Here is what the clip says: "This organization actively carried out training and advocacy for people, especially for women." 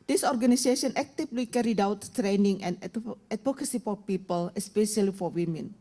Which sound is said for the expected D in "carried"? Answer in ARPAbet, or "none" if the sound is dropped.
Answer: D